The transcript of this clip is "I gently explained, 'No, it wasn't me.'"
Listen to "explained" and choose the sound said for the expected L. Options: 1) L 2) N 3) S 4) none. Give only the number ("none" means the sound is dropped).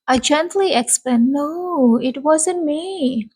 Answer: 4